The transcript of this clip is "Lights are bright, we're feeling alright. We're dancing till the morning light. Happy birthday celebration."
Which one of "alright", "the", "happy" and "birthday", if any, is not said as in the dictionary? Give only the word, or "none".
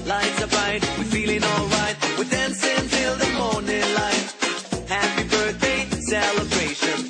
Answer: none